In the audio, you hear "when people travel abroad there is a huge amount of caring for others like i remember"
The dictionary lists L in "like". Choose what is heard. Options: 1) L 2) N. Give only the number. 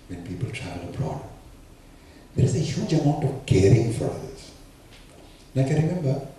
2